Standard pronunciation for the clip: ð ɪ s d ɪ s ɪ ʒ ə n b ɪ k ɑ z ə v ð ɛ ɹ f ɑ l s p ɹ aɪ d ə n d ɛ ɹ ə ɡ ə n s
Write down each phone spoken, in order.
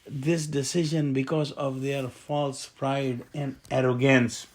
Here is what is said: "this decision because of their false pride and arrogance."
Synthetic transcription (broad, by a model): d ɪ s d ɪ s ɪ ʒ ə n b ɪ k ɑ z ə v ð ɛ ɹ f ɑ l s p ɹ aɪ d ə n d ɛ ɹ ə ɡ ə n s